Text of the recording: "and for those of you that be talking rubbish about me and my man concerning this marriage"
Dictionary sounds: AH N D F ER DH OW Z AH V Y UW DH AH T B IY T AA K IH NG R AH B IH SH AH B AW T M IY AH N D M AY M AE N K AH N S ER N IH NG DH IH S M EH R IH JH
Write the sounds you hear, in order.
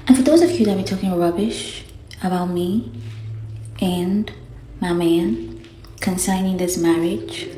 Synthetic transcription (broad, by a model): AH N F ER DH OW Z AH V Y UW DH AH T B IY T AA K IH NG R AH B IH SH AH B AW T M IY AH N M AY M AE N K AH N S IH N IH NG DH IH S M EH R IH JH